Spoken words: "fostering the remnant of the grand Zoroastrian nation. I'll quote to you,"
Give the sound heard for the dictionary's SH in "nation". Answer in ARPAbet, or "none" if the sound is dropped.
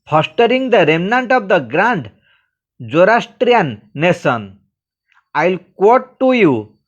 S